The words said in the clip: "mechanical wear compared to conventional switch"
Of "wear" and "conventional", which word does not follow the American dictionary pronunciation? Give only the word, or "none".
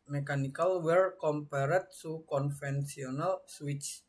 conventional